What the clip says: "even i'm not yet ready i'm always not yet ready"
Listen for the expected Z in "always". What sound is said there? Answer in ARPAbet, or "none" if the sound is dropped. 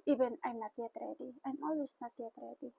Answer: S